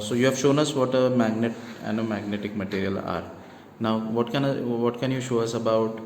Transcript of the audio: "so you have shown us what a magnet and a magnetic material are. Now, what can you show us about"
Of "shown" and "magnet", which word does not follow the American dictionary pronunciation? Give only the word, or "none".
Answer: none